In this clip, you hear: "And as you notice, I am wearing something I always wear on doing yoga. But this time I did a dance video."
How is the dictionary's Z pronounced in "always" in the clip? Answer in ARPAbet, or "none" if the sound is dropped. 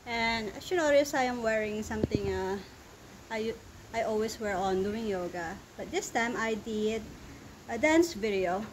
S